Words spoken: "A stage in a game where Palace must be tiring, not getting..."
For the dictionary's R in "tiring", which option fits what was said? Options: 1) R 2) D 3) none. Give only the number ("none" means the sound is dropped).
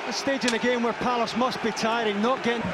1